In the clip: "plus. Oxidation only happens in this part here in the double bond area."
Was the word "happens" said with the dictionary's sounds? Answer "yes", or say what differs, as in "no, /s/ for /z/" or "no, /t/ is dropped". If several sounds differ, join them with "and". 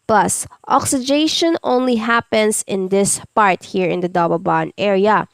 no, /s/ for /z/